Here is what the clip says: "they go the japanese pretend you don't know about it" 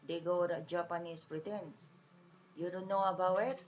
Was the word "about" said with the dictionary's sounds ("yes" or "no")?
no